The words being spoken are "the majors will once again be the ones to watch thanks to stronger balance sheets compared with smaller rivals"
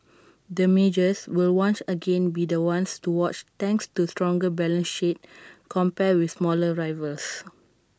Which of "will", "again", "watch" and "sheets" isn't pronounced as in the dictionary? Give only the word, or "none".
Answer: sheets